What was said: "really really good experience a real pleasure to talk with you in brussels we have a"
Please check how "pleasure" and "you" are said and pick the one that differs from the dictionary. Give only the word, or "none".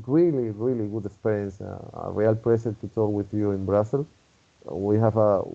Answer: pleasure